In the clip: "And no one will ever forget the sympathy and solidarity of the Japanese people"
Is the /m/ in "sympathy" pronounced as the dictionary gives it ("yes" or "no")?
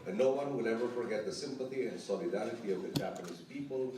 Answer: yes